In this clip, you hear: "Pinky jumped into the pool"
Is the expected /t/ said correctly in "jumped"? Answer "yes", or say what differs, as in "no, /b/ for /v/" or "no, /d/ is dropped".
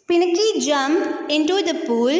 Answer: no, /t/ is dropped